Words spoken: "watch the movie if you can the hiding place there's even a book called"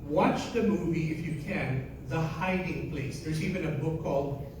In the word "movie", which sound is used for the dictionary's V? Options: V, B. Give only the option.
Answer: V